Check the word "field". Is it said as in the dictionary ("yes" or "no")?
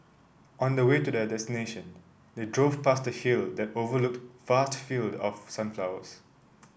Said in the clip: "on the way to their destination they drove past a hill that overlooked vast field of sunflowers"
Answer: yes